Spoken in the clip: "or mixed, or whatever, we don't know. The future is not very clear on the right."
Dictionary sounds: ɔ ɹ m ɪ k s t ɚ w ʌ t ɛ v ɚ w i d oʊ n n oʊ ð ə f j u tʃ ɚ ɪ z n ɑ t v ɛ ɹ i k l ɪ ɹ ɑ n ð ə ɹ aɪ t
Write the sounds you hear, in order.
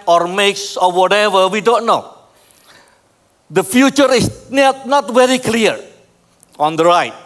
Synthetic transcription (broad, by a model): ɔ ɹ m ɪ k s ɔ w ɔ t ɛ v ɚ w i d oʊ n n oʊ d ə f j u tʃ ɚ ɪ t n ɑ t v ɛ ɹ i k l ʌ ɹ ɑ n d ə ɹ aɪ t